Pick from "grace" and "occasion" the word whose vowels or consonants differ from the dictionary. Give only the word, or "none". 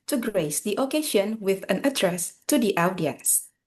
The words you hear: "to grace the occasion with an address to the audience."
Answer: occasion